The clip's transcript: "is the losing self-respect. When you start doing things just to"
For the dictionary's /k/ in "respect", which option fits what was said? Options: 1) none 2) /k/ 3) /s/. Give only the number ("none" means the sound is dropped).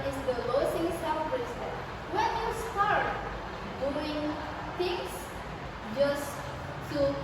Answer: 1